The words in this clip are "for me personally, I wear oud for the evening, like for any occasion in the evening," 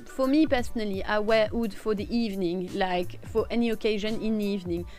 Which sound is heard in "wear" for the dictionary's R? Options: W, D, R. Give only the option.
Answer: W